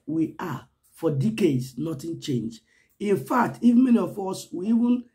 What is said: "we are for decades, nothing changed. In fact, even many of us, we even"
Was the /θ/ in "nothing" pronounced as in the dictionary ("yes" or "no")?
no